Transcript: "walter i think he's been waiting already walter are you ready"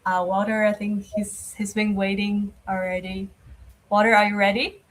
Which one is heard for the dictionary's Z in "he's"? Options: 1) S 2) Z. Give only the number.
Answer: 2